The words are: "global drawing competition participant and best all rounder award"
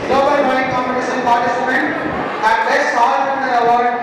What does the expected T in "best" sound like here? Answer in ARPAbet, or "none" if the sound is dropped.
none